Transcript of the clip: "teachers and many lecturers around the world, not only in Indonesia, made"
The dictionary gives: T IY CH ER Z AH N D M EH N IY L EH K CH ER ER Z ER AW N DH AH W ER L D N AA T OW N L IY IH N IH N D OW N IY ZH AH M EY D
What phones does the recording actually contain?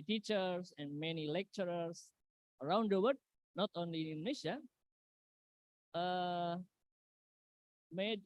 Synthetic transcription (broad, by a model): T IY CH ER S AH N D M EH N IY L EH K CH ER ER S ER AW N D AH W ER D N AA T OW N L IY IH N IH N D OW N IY SH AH M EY D